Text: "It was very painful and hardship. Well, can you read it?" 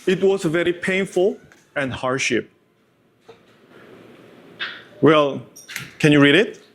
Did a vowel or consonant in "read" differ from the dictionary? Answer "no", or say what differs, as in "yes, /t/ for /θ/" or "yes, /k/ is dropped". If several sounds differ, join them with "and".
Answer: no